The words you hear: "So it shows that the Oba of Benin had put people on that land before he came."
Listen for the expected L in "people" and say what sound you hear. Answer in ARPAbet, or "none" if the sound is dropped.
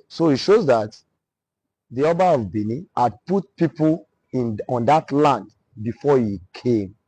N